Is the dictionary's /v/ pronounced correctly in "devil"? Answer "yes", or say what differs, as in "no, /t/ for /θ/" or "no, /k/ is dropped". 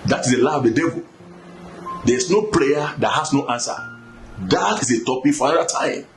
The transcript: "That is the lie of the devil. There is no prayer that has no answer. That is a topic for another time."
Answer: yes